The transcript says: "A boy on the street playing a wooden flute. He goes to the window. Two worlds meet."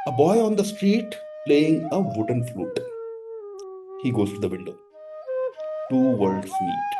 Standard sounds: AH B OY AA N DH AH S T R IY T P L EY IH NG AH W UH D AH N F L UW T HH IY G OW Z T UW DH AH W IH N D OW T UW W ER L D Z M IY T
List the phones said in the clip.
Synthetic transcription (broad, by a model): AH B OY AA N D AH S T R IY T P L EY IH NG AH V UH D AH N F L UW T HH IY G OW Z T UW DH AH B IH L D OW T UW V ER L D S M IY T